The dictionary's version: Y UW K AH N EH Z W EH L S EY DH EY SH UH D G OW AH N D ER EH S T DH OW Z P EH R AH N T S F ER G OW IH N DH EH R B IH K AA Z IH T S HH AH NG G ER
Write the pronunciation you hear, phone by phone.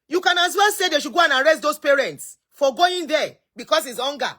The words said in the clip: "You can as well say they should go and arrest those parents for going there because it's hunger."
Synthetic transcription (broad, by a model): Y UW K AH N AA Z W EH L S EY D EY SH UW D G OW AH N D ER EH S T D OW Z P EH R AH N T S F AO G OW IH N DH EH B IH K AA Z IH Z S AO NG G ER